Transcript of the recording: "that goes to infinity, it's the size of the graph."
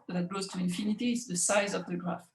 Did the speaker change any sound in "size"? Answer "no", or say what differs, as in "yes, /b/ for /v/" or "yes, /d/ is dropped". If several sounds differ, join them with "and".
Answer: no